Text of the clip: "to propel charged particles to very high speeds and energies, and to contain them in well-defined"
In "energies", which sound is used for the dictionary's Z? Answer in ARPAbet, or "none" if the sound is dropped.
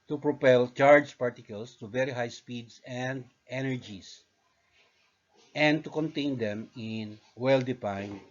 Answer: S